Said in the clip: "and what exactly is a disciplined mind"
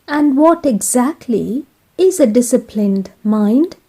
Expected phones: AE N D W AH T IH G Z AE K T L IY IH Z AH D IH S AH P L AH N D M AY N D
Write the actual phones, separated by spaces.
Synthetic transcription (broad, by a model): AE N D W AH T IH G Z AE K T L IY IH Z AH D IH S AH P L AH N D M AY N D